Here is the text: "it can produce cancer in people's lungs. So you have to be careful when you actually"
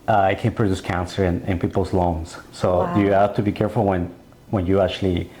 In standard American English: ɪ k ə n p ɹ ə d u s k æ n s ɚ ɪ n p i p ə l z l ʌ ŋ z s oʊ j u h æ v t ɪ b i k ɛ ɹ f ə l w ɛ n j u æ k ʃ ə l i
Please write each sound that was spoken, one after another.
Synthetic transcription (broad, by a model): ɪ k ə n p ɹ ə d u s k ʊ n s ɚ ɪ n p i p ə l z l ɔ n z s oʊ j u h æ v t ɪ b i k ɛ ɹ f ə n w ɛ n j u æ k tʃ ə l i